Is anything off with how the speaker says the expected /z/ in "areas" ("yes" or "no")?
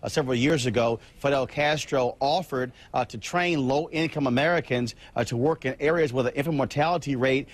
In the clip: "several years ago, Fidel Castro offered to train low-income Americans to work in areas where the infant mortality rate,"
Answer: no